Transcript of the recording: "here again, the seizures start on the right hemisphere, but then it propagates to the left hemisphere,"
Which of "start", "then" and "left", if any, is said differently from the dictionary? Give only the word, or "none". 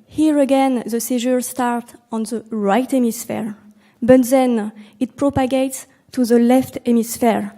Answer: none